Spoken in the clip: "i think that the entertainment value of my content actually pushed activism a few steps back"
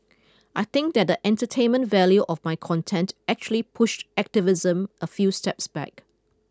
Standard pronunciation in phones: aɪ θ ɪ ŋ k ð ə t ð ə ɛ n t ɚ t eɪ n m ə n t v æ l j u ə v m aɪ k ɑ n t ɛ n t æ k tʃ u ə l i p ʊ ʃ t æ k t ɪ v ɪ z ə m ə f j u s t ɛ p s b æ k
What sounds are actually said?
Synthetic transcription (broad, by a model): aɪ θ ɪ ŋ k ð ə t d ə ɛ n t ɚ t eɪ n m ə n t v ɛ l j u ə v m aɪ k ɑ n t ɛ n t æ k tʃ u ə l i p ʊ ʃ t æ k t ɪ v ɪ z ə m ə f j u s t ɛ p s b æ k